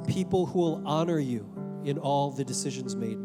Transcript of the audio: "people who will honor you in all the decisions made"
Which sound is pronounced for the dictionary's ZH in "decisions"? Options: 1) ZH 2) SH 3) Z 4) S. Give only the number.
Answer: 1